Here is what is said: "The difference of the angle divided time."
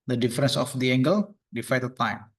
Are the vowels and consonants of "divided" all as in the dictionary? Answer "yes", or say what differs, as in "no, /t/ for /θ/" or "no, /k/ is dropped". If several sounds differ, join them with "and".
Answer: no, /f/ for /v/